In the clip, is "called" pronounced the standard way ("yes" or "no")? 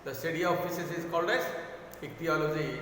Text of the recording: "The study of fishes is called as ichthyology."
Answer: yes